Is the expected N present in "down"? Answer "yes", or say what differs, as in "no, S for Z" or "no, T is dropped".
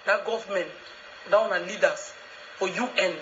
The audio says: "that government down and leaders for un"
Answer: no, N is dropped